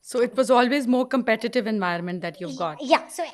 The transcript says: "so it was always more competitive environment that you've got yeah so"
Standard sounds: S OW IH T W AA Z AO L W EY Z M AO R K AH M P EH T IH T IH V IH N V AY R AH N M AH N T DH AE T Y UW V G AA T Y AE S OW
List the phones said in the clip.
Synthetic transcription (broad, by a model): S OW IH T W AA Z AO L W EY Z M AO R K AH M P EH T IH T IH V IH N V AY AH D M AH N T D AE T Y UW V G AA T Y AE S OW